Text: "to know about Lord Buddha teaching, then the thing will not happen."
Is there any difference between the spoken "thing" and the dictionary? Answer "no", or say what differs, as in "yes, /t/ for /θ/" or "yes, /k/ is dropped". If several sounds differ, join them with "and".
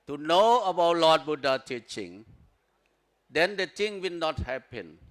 yes, /t/ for /θ/